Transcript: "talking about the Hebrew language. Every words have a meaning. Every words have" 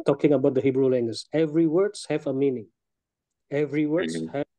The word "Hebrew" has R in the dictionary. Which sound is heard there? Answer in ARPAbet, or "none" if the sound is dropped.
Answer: R